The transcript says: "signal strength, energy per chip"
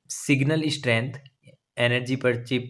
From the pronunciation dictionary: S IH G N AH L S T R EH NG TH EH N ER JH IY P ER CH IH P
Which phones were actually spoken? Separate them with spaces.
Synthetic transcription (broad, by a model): S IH G N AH L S T R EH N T EH N ER JH IY P ER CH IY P